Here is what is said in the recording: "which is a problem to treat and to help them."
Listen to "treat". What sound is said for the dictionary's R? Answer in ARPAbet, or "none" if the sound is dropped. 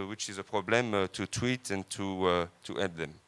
W